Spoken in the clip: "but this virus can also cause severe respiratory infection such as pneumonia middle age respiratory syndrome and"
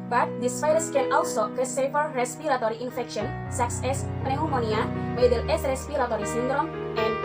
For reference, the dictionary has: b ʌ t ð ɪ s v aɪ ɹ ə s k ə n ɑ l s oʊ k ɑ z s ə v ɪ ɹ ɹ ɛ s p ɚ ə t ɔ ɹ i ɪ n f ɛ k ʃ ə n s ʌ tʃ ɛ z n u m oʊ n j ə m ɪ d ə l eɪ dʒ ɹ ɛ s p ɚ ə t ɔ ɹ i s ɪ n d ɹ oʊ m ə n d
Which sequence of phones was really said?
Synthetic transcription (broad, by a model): b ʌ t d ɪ s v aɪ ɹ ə s k ə n ɑ l s oʊ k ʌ s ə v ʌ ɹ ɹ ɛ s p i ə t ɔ ɹ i ɪ n f ɛ k ʃ ə n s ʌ s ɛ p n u m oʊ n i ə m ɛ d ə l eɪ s ɹ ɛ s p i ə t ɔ ɹ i s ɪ n d ɹ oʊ m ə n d